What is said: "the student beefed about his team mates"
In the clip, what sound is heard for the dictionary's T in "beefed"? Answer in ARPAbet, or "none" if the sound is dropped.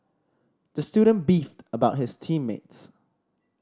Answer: T